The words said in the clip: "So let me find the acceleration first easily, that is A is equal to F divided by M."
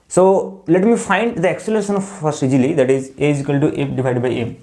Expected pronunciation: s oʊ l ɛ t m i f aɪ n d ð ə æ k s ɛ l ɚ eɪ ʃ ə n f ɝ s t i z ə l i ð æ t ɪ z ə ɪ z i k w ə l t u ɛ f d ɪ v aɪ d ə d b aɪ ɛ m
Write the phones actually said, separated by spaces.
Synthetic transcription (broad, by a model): s oʊ l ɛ t m i f aɪ n d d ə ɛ k s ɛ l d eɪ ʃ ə n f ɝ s i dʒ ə l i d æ t ɪ z ə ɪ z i k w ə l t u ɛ p d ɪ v aɪ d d b aɪ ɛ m